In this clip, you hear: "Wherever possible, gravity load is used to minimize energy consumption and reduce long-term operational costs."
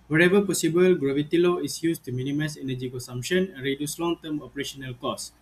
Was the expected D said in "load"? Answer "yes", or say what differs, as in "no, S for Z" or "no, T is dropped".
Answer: no, D is dropped